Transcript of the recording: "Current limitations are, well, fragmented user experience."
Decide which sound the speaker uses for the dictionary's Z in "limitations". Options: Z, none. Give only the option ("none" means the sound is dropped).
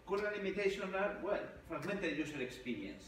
none